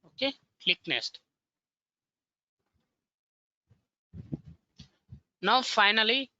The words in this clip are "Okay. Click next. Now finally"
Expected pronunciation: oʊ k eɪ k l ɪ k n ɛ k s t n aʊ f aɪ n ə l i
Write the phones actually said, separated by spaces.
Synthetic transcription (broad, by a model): oʊ k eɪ k l ɪ k n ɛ s t n aʊ f aɪ n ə l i